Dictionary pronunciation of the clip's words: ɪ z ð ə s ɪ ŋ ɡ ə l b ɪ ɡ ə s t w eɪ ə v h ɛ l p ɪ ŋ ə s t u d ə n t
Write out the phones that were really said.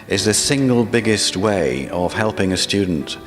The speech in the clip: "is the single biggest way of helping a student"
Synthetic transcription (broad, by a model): ɪ z ð ə s ɪ ŋ ɡ ə l b ɪ ɡ ə s t w eɪ ə v h ɛ l p ɪ ŋ ə s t u d n t